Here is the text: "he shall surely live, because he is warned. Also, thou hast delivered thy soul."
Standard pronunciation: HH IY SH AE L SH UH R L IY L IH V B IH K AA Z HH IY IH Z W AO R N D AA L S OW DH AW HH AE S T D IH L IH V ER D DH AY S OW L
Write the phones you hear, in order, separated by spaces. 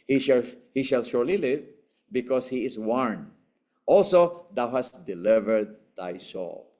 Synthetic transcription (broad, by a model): HH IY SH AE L SH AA R L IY L IH V B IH K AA S HH IY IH S W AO R N AA L S OW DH AW HH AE S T D IH L IH V ER D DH AY S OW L